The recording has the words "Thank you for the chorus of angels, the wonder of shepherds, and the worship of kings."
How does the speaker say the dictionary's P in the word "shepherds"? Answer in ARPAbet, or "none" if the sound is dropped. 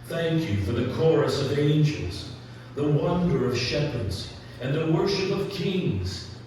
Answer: P